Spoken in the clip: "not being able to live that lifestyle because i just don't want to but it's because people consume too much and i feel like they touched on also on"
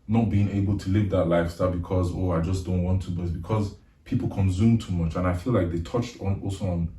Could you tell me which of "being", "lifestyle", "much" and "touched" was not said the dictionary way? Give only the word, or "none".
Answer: none